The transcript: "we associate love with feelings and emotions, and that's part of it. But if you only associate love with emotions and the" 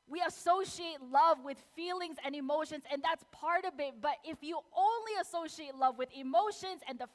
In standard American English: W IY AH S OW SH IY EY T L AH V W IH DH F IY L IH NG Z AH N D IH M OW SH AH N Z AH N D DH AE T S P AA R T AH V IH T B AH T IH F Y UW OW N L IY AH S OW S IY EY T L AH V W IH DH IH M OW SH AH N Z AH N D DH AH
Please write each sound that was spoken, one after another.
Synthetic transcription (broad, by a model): W IY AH S OW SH IY EY T L AH V W IH DH F IY L IH NG Z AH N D IH M OW SH AH N Z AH N DH AE T S P AA R T AH V IH T B AH T IH F Y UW OW N L IY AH S OW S IY EY T L AH V W IH DH IH M OW SH AH N Z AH N DH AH